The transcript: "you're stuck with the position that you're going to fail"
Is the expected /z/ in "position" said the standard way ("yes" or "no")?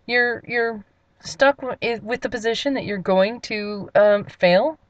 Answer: yes